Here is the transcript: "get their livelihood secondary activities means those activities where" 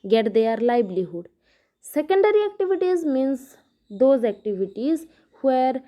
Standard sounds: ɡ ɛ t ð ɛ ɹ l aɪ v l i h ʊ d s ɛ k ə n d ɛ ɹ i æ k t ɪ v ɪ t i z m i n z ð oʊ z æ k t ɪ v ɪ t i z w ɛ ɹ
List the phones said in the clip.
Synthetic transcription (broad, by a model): ɡ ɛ t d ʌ ɹ l aɪ b l i h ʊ d s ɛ k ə n d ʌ ɹ i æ k t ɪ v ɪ t i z m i n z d oʊ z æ k t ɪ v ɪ t i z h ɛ ɹ